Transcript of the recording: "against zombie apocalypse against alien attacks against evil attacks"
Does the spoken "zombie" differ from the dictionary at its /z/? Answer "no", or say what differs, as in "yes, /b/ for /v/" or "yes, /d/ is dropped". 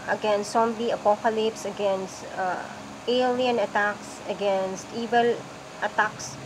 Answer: yes, /s/ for /z/